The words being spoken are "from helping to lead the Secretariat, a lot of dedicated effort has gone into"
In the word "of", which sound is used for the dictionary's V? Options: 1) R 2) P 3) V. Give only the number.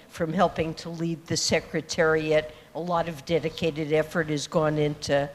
3